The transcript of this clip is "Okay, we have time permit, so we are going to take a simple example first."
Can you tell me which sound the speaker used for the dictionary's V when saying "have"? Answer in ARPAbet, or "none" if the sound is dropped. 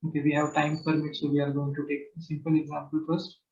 V